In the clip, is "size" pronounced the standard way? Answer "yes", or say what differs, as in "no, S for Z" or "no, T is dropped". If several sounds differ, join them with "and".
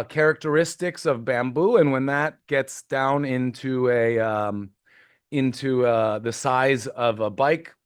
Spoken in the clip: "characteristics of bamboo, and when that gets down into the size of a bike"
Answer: yes